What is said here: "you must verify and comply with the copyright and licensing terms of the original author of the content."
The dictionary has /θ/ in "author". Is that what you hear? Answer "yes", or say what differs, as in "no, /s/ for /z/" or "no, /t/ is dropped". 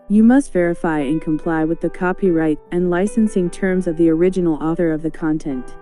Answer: yes